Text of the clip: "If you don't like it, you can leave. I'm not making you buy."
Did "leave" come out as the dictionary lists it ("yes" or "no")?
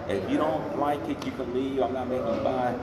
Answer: no